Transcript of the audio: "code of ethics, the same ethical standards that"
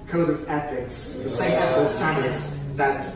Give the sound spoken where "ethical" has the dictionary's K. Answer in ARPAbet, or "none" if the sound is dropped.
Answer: none